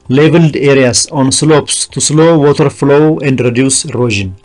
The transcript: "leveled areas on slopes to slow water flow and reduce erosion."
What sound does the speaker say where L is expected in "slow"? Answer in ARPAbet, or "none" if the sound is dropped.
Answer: L